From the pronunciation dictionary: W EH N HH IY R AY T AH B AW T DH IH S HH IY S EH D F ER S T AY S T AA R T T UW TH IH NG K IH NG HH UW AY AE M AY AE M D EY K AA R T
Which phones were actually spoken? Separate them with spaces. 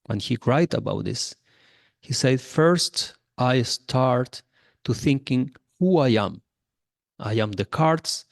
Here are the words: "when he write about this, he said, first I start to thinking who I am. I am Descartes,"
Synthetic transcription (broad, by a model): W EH N HH IY R AY T AH B AW T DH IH S HH IY S EH D F ER S T AY S T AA R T T UW TH IH NG K IH NG HH UW AY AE M AY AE M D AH K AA R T